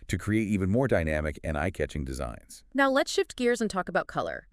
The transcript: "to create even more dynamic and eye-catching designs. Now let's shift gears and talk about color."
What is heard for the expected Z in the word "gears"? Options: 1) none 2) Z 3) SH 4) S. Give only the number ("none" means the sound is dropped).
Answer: 2